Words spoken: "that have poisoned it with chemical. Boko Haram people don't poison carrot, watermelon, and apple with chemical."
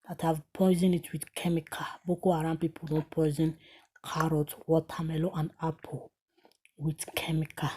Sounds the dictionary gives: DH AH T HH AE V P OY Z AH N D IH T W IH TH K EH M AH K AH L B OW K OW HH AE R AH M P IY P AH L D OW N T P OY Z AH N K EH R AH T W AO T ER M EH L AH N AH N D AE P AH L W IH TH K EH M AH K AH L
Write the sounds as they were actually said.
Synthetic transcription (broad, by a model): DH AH T HH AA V P OY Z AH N IH T W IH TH K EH M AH K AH B OW K OW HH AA R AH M P IY P AH L D OW N T P OY Z AH N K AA R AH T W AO T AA M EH L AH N AH N D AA P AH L W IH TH K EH M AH K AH